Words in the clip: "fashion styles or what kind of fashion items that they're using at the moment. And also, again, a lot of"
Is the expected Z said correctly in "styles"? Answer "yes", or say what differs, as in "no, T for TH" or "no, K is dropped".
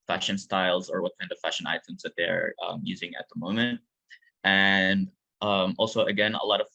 yes